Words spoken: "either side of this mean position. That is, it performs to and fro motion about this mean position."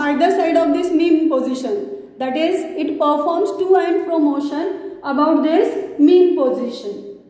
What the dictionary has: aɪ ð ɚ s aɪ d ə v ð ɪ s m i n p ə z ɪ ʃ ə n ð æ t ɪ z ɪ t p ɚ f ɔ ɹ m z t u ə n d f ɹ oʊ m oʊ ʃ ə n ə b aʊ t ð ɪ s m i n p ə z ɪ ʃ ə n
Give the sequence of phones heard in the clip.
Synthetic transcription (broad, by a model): aɪ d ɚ s aɪ d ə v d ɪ s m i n p ə z ɪ ʃ ə n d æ t ɪ z ɪ t p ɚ f ɔ ɹ m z t u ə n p ɹ oʊ m oʊ ʃ ə n ə b aʊ t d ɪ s m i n p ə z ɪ ʃ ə n